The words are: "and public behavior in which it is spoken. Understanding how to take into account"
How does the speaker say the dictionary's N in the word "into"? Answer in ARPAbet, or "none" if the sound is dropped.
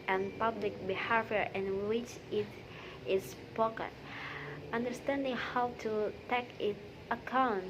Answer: none